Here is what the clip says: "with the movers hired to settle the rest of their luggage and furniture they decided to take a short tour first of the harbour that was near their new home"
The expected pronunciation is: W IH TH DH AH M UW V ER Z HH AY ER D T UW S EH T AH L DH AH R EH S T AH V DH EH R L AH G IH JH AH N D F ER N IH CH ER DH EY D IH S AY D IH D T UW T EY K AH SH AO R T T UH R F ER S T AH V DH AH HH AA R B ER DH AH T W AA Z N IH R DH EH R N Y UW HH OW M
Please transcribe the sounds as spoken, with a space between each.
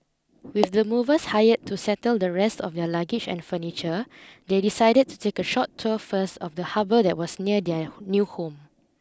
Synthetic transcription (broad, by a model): W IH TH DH AH M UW V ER S HH AY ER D T UW S EH T AH L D AH R EH S T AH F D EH L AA G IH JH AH N F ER N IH CH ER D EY D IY S AY D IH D T UW T EY K AH SH AO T T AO F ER S T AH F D AH HH AA B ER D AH T W AA S N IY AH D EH N Y UW HH OW M